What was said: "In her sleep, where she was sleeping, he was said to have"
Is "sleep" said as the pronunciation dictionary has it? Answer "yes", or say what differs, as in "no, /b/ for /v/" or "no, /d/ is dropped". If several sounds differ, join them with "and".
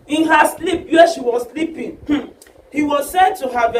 yes